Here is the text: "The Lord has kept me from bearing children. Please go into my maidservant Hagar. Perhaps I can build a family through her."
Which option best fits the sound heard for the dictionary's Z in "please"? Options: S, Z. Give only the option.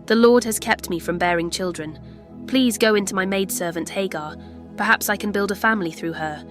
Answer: Z